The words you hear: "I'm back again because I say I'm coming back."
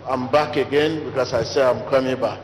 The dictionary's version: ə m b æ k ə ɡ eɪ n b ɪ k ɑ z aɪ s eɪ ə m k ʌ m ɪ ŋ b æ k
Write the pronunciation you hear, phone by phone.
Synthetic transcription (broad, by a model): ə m b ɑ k ə ɡ eɪ n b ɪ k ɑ s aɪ s eɪ ə m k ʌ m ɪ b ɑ